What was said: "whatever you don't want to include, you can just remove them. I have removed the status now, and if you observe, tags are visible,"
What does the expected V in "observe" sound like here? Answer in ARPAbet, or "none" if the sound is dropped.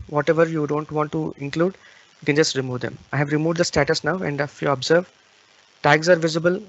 V